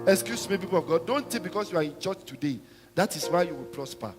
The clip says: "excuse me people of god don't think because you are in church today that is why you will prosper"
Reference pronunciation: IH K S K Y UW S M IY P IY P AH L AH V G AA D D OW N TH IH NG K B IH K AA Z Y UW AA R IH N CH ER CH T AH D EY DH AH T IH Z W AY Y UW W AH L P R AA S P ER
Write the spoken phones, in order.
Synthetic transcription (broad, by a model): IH K S K Y UW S M IY P IY P AH L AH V G AA D D OW N T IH B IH K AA S Y UW AA R IH N CH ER CH T AH D EY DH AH T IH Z W AY Y UW W AH L P R AA S P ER